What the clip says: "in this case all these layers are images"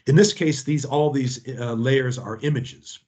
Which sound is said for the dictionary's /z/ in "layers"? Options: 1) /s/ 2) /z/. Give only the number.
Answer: 2